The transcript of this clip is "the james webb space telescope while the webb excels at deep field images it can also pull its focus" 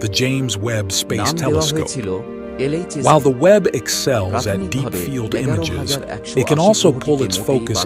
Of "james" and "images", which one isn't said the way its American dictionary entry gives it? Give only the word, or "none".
none